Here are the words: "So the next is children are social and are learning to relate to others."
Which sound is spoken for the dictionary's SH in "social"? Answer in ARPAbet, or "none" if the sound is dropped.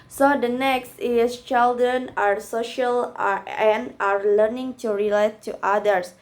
SH